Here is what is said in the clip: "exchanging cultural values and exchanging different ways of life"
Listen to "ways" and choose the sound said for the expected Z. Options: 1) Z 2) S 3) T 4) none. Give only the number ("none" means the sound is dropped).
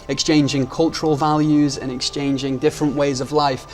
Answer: 1